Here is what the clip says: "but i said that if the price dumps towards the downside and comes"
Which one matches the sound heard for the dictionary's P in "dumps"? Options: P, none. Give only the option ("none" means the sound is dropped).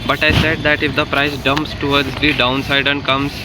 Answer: P